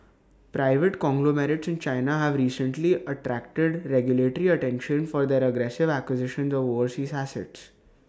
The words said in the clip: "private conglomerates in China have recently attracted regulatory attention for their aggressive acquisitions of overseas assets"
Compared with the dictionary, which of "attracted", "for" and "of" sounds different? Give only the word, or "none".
none